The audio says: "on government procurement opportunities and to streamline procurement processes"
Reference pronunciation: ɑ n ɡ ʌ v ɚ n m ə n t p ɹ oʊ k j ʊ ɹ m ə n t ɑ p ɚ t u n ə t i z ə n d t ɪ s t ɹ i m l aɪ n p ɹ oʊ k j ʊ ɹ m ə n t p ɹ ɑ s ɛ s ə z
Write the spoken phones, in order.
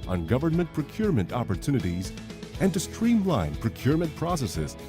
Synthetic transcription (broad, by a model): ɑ n ɡ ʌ v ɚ n m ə n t p ɹ oʊ k j ʊ ɹ m ə n t ɑ p ɚ t u n ə t i z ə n t ɪ s t ɹ i m l aɪ n p ɹ oʊ k j ʊ ɹ m ə n t p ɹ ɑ s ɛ s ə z